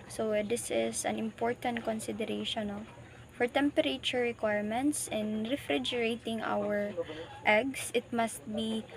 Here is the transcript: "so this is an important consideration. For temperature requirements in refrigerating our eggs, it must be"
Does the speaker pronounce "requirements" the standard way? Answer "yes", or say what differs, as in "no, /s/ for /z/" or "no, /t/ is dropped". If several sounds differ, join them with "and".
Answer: yes